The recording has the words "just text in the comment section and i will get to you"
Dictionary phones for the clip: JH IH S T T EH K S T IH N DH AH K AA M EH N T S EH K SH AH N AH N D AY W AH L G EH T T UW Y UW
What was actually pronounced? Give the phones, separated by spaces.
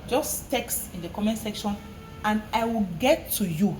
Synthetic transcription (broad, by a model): JH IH S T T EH K S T IH N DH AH K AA M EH N S EH K SH AH N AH N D AY W AH L G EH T T UW Y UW